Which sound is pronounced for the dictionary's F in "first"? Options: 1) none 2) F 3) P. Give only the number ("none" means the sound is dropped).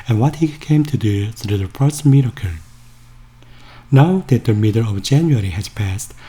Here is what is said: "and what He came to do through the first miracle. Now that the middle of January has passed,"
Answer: 3